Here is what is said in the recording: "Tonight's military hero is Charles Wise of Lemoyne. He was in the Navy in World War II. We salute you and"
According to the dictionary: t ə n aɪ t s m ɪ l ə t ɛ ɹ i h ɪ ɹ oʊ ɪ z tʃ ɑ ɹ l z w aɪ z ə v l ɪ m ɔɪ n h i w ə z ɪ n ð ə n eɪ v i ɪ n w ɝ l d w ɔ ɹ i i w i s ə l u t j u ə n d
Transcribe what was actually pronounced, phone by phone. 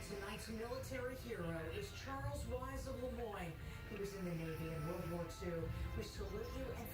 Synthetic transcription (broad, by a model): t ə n aɪ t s m ɪ l ə t ɛ ɹ i h ɪ ɹ oʊ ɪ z tʃ ɑ ɹ l z w aɪ z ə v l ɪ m ɔɪ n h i w ə z ɪ n ð ə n eɪ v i ɪ n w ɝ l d w ɔ ɹ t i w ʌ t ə l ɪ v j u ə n